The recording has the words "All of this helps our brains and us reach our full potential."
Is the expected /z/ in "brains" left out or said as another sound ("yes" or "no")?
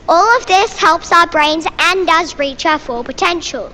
no